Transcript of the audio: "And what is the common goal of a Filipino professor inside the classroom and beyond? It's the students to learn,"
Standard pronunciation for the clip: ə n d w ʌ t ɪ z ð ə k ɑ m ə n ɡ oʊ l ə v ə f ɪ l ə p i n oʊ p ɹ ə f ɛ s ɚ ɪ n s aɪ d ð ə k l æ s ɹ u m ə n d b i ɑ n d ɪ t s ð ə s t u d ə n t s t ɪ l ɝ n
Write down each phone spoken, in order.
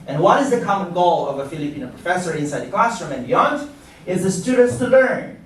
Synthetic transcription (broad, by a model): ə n w ʌ t ɪ z ð ə k ɑ m ə n ɡ oʊ l ə v ə f ɪ l ə p i n oʊ p ɹ ə f ɛ s ɚ ɪ n s aɪ d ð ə k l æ s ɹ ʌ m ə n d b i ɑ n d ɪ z ð ə s t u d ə n t s t ɪ l ɝ n